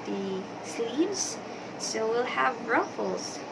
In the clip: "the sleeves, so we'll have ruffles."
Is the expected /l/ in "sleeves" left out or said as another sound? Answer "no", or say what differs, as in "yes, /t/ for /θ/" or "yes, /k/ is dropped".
yes, /l/ is dropped